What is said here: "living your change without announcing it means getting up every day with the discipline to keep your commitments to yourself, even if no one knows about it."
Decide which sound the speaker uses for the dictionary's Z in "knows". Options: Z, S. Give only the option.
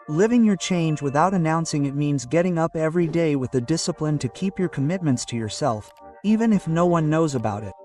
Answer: Z